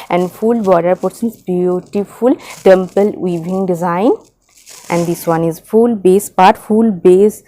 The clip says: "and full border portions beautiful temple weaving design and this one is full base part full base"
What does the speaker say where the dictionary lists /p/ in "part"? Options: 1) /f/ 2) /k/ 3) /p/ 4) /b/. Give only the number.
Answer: 3